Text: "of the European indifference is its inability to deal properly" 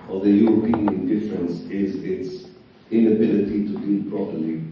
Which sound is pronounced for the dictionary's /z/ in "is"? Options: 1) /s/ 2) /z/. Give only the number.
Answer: 2